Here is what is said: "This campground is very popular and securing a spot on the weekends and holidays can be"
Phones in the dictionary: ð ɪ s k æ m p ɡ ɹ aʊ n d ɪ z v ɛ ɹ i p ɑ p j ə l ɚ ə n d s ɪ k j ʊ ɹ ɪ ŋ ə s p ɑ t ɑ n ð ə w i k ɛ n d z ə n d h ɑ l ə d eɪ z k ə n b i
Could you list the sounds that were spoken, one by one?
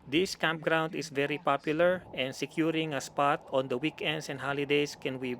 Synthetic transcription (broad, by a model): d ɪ s k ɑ m p ɡ ɹ aʊ n d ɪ s v ɛ ɹ i p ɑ p j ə l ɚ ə n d s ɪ k j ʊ ɹ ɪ ŋ ə s p ɑ t ɑ n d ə w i k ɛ n d s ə n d h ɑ l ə d eɪ s k ə n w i